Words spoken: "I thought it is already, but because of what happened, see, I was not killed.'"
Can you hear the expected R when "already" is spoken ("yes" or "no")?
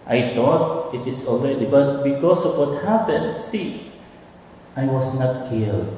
no